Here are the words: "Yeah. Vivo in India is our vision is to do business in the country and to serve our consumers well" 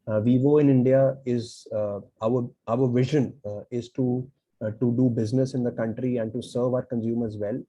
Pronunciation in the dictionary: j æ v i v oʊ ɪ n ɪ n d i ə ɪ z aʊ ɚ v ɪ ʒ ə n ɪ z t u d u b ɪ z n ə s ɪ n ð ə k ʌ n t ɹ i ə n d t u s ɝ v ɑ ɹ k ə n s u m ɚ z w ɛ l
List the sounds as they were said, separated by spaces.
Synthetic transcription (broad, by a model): v i v oʊ ɪ n ɪ n d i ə ɪ z aʊ ɚ v ɪ ʒ ə n ɪ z t u d u b ɪ z n ə s ɪ n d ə k ʌ n t ɹ i ə n d t u s ɝ v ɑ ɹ k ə n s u m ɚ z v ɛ l